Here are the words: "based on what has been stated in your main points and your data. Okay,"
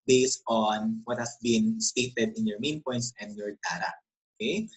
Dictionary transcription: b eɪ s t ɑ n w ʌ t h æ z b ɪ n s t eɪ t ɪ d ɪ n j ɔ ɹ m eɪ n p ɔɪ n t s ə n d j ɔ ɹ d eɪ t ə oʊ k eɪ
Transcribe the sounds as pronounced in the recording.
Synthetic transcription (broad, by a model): b eɪ s t ɑ n w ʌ t h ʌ s b ɪ n s t eɪ t ɪ d ɪ n j ɔ ɹ m eɪ n p ɔɪ n t s ə n d j ɔ ɹ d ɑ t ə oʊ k eɪ